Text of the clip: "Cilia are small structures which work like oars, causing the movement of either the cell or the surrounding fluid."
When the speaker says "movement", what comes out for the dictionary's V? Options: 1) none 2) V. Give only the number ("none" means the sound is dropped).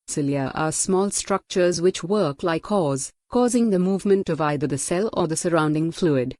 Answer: 2